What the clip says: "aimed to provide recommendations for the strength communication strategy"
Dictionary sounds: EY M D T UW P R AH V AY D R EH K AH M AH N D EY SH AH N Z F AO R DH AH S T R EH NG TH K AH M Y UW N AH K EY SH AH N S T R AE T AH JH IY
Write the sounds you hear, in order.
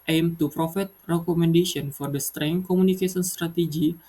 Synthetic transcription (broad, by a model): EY M T UW P R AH F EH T R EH K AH M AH N D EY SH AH N F AO R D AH S T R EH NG K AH M UW N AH K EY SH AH N S T R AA T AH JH IY